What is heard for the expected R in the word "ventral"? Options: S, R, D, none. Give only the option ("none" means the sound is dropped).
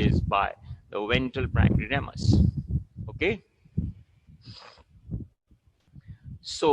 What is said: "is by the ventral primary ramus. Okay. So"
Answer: none